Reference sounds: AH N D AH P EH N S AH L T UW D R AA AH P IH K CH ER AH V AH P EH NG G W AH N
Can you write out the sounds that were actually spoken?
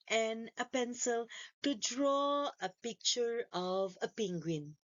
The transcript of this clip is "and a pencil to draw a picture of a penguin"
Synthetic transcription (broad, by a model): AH N AH P EH N S AH L T UW D R AA AH P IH K CH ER AH V AH P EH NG G W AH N